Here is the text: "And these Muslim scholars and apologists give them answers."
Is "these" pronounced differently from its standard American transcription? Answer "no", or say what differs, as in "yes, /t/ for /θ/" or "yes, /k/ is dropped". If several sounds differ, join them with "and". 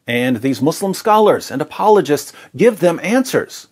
no